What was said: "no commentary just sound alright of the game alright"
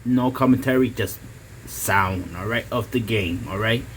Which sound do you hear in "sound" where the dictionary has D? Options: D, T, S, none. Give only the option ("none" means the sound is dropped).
D